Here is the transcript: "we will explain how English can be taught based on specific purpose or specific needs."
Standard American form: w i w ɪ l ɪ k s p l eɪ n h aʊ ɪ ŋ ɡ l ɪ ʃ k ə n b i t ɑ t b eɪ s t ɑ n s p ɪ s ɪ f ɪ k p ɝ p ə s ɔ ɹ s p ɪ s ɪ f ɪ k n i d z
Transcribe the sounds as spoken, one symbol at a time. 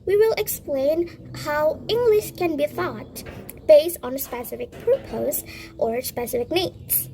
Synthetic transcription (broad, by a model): w i w ɪ l ɪ k s p l eɪ n h aʊ ɪ ŋ ɡ l ɪ ʃ k ə n b i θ ɑ t b eɪ s t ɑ n s p ɪ s ɪ f ɪ k p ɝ p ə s ɔ ɹ s p ɪ s ɪ f ɪ k n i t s